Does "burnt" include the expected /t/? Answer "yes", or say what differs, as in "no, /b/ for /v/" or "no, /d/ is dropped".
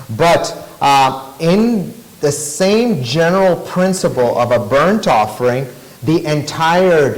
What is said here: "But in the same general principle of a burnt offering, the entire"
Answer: yes